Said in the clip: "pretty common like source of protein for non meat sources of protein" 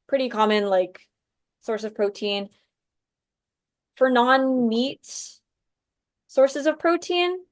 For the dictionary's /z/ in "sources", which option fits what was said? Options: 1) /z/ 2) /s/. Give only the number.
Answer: 1